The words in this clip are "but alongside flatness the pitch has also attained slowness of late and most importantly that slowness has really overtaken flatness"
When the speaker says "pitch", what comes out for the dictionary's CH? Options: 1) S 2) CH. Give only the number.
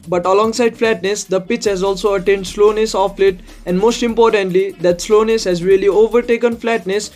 2